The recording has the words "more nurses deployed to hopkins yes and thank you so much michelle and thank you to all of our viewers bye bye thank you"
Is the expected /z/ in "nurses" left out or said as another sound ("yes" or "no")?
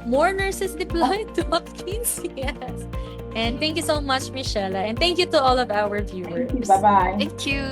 yes